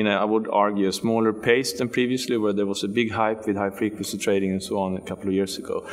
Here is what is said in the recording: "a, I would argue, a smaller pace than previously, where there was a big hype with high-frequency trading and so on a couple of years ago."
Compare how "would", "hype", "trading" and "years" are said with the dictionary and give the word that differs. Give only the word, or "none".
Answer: years